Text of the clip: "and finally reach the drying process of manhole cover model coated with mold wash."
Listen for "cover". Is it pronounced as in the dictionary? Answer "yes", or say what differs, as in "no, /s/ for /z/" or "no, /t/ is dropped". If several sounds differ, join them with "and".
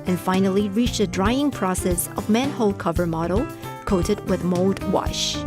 yes